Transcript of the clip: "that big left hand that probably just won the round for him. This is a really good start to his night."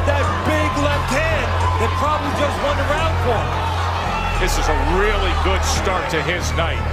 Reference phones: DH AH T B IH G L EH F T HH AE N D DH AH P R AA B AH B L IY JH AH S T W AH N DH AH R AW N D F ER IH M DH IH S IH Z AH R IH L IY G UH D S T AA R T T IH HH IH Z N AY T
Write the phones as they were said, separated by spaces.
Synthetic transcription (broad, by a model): DH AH T B IH G L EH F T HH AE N DH AH P R AA B AH B L IY JH AH S T W AH N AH R AW N D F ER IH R DH IH S IH Z AH R IH L IY G UH D S T AA R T T IH IH Z N AY T